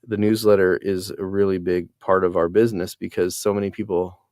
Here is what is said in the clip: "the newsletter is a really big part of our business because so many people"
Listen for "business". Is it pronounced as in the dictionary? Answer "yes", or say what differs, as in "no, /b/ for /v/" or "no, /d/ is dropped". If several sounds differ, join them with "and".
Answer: yes